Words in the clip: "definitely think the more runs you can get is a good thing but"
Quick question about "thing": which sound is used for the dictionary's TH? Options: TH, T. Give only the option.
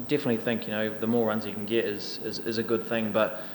TH